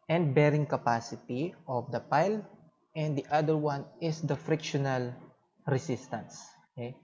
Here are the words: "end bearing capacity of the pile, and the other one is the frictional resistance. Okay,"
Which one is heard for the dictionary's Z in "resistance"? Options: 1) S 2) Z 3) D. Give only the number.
1